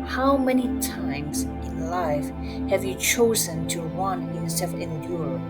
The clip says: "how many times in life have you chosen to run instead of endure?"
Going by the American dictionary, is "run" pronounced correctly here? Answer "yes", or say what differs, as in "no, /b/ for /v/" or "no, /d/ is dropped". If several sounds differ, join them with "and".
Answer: no, /w/ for /ɹ/